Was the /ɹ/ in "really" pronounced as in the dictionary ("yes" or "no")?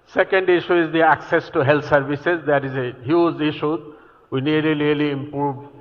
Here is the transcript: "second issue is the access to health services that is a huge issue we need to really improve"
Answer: no